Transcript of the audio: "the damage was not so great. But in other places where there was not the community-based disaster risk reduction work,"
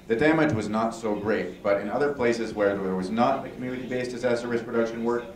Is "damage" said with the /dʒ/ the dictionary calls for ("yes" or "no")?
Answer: yes